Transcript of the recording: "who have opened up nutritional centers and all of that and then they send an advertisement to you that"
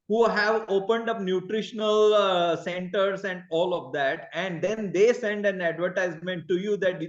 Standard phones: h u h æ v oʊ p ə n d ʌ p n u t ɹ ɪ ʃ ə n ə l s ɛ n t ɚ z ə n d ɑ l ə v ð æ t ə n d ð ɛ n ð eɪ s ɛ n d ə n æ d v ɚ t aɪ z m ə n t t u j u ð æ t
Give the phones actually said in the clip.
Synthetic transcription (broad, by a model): h u h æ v oʊ p ə n d ʌ p n u t ɹ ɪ ʃ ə n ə l s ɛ n t ɚ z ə n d ɑ l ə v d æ t ə n d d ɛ n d eɪ s ɛ n d ə n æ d v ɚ t aɪ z m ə n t t u j u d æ t